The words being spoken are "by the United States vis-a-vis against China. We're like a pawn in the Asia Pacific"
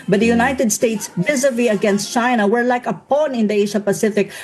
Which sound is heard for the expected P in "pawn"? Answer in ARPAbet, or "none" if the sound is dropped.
P